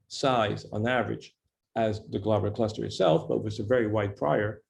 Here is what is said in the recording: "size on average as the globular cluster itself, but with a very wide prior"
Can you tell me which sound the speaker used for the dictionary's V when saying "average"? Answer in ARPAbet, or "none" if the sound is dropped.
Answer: V